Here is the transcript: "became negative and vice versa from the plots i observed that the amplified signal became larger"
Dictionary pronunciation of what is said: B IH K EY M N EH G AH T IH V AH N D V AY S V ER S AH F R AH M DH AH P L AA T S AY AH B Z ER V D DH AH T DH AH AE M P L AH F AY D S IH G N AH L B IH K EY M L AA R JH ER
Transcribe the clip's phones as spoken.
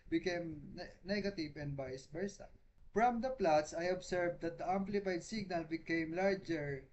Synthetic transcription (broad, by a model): B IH K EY M N EH G AH T IH V AH N D B AY S B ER S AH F R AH M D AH P L AA T S AY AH B S ER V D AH T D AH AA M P L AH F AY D S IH G N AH L B IH K EY M L AA R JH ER